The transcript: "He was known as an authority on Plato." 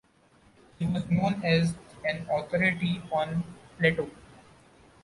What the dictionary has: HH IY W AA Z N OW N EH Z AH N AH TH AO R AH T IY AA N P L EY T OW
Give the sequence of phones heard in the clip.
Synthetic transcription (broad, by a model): HH IY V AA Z N OW N EH Z AH N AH T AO R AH T IY AA N P L EY T OW